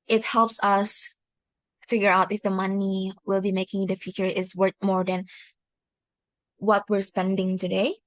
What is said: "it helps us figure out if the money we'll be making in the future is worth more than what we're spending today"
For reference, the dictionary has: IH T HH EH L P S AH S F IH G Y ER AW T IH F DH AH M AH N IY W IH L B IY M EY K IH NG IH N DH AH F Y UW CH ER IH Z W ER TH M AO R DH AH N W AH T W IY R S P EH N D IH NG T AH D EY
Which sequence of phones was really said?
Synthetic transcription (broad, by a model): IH T HH EH L P S AH S F IH G Y ER AW T IH F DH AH M AH N IY W IH L B IY M EY K IH NG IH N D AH F Y UW CH ER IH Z W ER T M AO R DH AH N W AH T W IY R S P EH N D IH NG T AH D EY